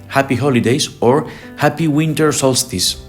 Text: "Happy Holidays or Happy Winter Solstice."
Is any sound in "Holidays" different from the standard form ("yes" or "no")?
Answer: yes